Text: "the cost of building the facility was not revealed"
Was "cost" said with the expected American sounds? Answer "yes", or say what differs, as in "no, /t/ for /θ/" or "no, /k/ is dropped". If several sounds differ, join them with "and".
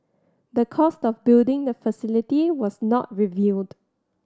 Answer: yes